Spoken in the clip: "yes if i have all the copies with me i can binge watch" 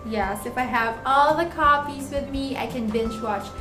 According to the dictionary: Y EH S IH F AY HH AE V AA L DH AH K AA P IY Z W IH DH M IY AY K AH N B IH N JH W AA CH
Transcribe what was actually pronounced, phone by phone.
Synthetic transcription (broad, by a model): Y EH S IH F AY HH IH V AA L DH AH K AA F IY Z W IH DH M IY AY K AH N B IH N CH W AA CH